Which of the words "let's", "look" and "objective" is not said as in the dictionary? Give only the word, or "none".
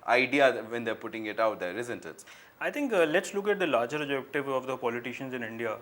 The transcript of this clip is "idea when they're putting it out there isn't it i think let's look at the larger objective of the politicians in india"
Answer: objective